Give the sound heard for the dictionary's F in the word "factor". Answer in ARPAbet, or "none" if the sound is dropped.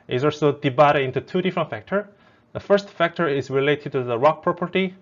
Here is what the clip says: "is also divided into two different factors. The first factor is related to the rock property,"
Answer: F